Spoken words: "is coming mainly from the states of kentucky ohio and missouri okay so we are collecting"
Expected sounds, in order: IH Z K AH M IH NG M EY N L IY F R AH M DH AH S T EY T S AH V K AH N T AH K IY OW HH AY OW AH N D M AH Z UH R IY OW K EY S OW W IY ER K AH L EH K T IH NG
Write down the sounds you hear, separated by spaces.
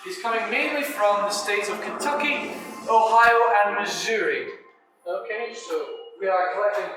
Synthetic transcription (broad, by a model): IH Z K AH M IH NG M EY N L IY F R AH M DH AH S T EY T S AH V K AH N T AH K IY OW HH AY OW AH N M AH Z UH R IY OW K EY S OW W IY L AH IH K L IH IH